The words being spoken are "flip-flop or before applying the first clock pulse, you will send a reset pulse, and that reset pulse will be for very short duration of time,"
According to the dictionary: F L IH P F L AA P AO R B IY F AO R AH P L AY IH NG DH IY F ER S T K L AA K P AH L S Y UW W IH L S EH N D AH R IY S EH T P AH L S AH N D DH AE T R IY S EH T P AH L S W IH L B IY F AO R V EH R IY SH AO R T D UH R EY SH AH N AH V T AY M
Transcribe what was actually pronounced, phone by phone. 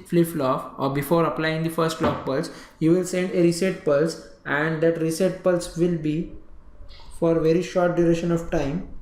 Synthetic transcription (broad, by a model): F L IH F L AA F AO R B IY F AO R AH P L AY IH NG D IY F ER S T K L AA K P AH L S Y UW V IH L S EH N D AH R IY S EH T P AH L S AH N D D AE T R IY S EH T P AH L S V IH L B IY F AO R V EH R IY SH AO R T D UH R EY SH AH N AH V T AY M